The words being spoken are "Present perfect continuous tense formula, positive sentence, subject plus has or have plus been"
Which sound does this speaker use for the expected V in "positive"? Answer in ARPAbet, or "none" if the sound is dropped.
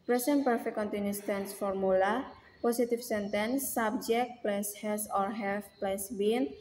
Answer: F